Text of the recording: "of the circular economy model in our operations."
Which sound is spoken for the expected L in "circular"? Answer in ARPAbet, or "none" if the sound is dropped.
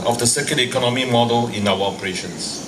N